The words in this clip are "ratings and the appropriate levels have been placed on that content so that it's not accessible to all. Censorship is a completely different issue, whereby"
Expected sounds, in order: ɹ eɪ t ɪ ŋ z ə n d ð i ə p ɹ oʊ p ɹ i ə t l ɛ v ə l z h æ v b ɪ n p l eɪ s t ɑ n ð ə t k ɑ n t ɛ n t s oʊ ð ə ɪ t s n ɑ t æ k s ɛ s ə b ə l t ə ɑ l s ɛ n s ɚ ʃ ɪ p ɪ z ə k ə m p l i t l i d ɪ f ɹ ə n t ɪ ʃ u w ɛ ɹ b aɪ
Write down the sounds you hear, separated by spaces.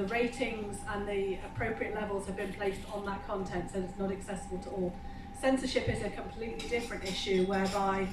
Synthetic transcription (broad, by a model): ɹ eɪ t ɪ ŋ z ə n ð i ə p ɹ oʊ p ɹ i ə t l ɛ v ə l z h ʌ v b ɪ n p l eɪ s t n ð ə t k ɑ n t ɛ n t s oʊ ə ɪ t s n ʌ t æ k s ɛ s ə b ə l t ə ɑ l s ɛ n s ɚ ʃ ɪ p ɪ z ə k ə m p l i t l i d ɪ f ɹ ə n t ɪ ʃ u w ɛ b aɪ